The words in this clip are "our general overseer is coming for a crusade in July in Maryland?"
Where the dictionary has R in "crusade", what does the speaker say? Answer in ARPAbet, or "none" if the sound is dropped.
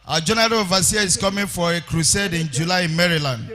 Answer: R